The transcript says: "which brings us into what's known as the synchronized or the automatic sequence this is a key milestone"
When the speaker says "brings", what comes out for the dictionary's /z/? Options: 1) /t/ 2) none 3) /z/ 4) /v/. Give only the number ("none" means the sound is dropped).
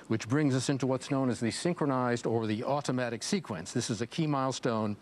3